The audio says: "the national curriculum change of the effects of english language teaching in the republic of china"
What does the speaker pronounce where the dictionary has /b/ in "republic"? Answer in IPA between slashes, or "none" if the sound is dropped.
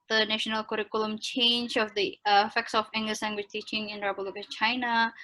none